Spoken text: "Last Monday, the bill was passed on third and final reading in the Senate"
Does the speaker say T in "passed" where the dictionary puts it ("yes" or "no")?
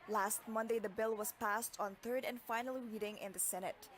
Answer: yes